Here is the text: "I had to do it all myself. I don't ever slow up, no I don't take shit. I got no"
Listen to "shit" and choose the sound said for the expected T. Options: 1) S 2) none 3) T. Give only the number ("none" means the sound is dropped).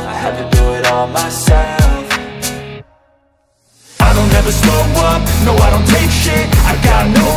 2